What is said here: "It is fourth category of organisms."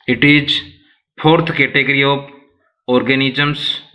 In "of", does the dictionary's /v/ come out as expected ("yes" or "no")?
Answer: no